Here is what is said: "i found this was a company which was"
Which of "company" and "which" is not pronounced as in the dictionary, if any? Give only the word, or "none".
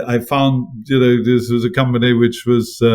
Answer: none